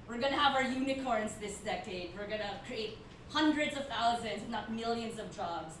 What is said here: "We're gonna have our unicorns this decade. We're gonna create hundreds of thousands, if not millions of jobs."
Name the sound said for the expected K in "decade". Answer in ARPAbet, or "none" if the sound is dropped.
K